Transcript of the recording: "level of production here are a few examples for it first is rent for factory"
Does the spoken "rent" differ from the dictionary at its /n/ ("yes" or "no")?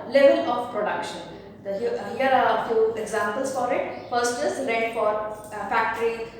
yes